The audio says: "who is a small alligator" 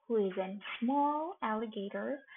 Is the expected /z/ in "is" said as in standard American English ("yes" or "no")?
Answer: yes